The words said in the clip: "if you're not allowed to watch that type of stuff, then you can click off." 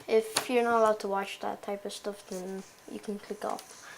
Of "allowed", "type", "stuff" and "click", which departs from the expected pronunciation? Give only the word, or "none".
none